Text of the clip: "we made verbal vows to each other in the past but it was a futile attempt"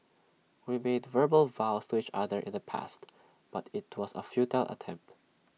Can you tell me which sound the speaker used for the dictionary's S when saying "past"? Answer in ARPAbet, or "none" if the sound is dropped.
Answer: S